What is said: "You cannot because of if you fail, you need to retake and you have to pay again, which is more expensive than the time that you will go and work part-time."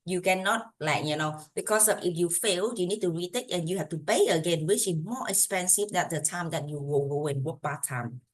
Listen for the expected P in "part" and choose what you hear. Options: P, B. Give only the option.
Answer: B